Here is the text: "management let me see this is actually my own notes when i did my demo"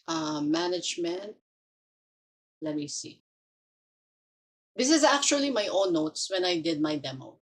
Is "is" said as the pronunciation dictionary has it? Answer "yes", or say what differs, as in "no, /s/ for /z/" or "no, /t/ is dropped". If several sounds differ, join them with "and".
yes